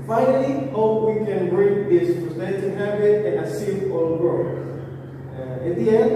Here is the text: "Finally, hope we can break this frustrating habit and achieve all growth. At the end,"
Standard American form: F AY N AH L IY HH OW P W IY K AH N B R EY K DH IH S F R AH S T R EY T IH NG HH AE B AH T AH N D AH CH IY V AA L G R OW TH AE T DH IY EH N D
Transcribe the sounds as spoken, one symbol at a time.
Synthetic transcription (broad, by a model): F AY N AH L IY HH OW P W IY K AH N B R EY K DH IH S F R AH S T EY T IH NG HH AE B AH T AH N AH S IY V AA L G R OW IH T DH IY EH N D